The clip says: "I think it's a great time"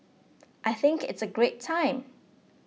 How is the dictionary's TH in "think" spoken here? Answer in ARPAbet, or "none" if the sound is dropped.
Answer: TH